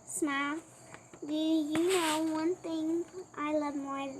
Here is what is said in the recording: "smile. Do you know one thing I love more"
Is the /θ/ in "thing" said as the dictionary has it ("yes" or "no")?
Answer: no